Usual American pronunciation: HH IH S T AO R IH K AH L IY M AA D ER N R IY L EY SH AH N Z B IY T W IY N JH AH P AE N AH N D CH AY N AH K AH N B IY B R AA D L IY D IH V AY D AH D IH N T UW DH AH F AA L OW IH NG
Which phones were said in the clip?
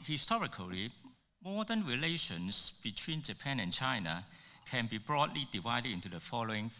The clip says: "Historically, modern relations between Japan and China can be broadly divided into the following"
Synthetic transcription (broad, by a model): HH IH S T AO R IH K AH L IY M AA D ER N R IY L EY SH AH N S B IY T W IY N JH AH P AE N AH N CH AY N AH K AH N B IY B R AA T L IY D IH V AY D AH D IH N T UW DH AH F AA L OW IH NG